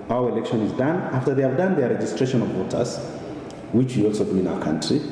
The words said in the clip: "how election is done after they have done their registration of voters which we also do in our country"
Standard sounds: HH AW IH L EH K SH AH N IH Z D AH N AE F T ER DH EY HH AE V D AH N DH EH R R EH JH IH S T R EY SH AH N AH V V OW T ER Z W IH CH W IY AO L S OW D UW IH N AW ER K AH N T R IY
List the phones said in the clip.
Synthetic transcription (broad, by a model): AW IH L EH K SH AH N IH Z D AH N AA F T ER DH EY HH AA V D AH N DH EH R R EH JH IH S T R EY SH AH N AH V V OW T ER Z W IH CH W IY AO L S OW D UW IH N AW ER K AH N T R IY